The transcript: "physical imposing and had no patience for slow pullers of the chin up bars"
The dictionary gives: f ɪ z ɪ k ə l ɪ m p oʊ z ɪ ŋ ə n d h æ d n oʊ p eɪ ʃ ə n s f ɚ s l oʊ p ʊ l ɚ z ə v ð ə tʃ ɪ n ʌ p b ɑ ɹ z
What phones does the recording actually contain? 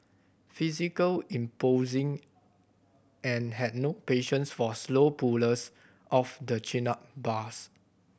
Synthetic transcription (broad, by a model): f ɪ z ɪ k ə l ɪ m p oʊ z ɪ ŋ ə n h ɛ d n oʊ p eɪ ʃ ə n s f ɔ s l oʊ p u l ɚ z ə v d ə tʃ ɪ n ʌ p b ɑ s